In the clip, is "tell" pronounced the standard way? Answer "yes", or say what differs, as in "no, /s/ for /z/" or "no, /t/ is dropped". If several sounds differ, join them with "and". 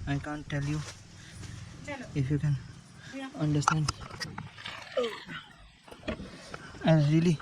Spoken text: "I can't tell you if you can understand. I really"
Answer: yes